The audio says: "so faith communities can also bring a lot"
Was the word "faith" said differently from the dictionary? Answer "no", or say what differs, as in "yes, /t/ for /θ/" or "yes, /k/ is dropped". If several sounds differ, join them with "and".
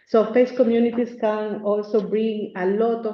yes, /s/ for /θ/